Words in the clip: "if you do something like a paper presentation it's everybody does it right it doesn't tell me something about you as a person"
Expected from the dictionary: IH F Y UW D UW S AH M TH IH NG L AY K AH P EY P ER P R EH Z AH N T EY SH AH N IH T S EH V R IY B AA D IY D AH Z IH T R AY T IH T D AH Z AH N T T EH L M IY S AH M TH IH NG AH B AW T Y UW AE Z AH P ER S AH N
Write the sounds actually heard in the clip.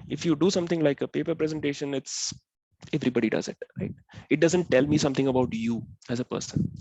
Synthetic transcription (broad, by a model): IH F Y UW D UW S AH M T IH NG L AY K AH P EY P ER P R EH Z AH N T EY SH AH N IH T S EH V R IY B AA D IY D AH Z IH T R AY T IH T D AH Z AH N T T EH L M IY S AH M T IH NG AH B AW T Y UW AE Z AH P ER S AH N